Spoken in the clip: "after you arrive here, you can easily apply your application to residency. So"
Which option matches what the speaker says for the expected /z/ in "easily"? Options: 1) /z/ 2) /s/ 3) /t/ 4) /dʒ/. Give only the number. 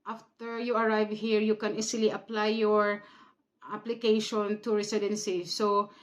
2